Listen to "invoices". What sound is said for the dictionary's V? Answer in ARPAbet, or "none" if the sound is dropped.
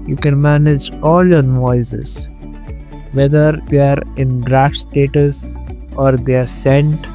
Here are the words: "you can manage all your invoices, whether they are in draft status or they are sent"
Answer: none